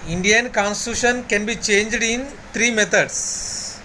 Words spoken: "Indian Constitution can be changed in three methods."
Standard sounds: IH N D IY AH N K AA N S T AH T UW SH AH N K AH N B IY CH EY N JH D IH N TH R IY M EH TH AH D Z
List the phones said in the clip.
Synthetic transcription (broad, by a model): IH N D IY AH N K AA N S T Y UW SH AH N K AH N B IY CH EY N JH D IH N T R IY M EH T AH D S